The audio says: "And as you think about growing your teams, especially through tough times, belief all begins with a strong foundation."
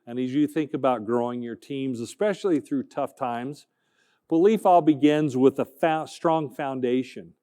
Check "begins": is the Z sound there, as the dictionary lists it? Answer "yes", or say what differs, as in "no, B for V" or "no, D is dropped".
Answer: yes